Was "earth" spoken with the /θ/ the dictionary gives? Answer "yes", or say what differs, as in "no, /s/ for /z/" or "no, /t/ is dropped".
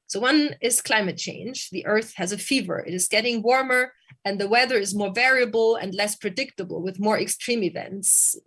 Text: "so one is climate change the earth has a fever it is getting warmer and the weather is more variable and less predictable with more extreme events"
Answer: yes